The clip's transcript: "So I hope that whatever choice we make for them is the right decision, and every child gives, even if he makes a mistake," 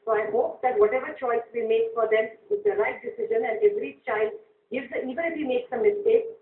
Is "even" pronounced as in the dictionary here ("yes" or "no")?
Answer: no